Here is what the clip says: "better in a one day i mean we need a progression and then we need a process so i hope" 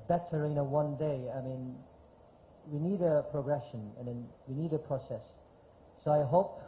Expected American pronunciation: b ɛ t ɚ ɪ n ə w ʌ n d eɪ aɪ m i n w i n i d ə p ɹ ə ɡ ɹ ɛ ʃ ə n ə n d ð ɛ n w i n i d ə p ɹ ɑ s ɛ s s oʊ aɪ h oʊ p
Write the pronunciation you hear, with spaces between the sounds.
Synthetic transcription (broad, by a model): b ɛ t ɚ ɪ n ə w ʌ n d eɪ aɪ m i n w i n i d ə p ɹ ə ɡ ɹ ɛ ʃ ə n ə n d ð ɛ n w i n i d ə p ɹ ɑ s ɛ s s oʊ aɪ h oʊ p